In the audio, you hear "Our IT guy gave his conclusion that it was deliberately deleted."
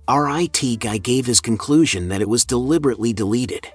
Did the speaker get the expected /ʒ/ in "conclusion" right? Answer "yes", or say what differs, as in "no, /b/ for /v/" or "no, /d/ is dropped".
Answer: yes